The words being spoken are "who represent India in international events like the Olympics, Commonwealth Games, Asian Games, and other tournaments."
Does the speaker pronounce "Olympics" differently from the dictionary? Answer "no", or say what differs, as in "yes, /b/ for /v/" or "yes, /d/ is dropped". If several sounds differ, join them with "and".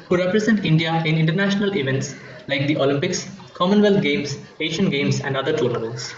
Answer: no